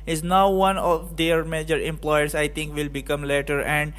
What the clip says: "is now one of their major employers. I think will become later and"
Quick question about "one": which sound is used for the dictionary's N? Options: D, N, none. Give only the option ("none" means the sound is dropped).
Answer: N